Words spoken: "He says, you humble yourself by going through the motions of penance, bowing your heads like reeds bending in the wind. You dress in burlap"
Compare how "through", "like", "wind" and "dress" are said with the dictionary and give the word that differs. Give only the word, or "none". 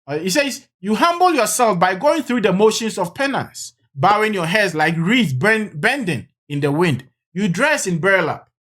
none